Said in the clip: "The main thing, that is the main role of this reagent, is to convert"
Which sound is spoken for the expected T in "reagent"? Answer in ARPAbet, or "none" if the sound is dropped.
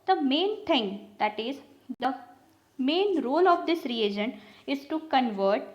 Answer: none